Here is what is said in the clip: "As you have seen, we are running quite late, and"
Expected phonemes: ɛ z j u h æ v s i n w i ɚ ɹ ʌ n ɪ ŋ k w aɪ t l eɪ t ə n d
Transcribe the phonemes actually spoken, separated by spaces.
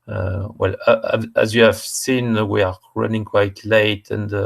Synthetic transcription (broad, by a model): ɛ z j u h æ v s i n w i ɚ ɹ ʌ n ɪ ŋ k w aɪ t l eɪ t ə n d